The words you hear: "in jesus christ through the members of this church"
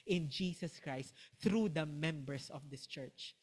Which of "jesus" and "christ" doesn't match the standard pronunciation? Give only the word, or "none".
jesus